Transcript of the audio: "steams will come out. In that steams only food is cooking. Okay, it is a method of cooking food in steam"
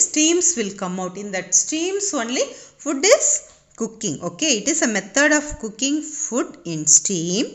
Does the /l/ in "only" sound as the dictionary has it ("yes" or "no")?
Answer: yes